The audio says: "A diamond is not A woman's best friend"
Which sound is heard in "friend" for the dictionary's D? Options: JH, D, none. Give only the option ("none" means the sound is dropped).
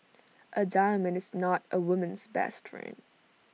none